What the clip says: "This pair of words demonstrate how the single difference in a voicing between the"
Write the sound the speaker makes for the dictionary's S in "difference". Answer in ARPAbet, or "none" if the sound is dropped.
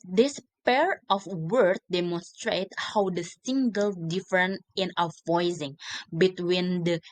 none